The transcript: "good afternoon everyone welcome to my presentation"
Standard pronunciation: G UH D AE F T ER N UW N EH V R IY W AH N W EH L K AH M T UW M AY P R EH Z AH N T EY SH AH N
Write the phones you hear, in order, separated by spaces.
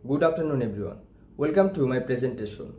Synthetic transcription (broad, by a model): G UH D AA P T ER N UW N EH B R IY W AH N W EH L K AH M T UW M AY P R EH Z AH N T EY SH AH N